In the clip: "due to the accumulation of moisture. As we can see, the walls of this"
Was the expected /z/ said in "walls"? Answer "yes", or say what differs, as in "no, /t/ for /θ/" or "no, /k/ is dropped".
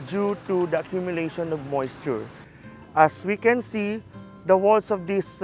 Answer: no, /s/ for /z/